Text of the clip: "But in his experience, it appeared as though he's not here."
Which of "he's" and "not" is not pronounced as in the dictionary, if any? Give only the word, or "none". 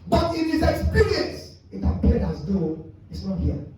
he's